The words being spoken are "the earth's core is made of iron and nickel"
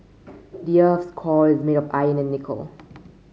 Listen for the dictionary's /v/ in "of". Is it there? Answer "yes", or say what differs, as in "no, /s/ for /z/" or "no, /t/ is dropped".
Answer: no, /p/ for /v/